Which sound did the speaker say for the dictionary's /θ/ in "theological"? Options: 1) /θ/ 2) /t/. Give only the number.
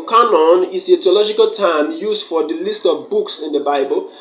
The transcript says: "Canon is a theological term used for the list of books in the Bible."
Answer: 2